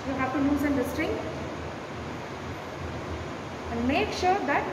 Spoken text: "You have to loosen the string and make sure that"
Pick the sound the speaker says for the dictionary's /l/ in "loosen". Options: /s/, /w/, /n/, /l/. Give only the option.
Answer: /n/